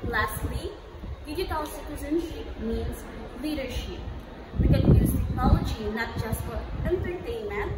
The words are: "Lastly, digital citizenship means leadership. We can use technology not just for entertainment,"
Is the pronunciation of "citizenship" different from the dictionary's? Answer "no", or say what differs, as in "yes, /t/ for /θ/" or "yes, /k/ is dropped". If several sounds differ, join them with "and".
yes, /s/ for /ʃ/